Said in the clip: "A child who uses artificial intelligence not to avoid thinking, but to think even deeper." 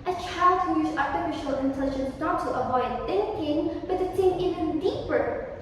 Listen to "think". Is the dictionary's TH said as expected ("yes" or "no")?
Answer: no